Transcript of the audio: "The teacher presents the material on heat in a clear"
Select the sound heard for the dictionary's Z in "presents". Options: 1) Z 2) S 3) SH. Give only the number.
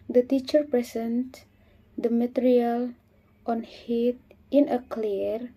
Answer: 2